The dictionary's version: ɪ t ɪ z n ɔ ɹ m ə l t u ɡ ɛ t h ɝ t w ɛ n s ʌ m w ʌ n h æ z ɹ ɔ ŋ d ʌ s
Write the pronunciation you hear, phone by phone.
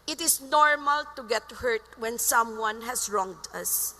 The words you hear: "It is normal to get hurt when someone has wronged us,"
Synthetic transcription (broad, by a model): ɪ t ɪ s n ɔ ɹ m ə l t u ɡ ɛ t h ɝ t w ɛ n s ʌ m w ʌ n h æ s ɹ ɔ ŋ d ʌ s